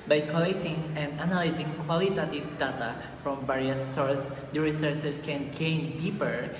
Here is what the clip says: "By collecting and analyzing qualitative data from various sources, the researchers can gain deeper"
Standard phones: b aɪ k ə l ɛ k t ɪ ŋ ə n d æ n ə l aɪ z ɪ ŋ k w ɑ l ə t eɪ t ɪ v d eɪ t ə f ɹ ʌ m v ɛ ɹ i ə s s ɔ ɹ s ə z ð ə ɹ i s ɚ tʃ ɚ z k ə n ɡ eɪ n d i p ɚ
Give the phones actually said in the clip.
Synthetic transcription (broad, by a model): b aɪ k ə l ɛ k t ɪ ŋ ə n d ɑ n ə l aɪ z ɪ ŋ k w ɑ l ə t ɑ t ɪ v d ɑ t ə f ɹ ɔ m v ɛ ɹ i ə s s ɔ ɹ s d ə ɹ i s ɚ s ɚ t k ə n ɡ eɪ n d i p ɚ